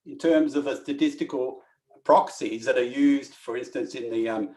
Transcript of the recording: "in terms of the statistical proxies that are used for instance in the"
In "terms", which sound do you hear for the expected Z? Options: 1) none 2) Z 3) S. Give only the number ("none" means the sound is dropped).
2